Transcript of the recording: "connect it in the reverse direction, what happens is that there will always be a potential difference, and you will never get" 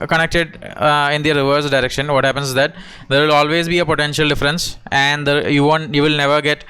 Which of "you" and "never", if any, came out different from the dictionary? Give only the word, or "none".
none